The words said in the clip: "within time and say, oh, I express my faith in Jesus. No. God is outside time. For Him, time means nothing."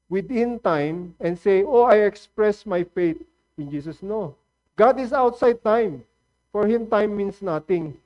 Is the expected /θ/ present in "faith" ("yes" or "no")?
no